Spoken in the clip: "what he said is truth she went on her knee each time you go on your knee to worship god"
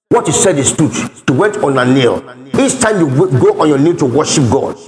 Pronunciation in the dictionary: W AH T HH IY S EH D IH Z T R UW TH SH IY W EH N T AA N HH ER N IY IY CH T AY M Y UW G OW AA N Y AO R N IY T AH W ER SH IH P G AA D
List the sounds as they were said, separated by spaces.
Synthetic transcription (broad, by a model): W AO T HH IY S EH D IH S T UW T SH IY W EH N T AA N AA N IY IY CH T AY M Y UW G OW AA N Y AO N IY T AH W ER SH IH P G AA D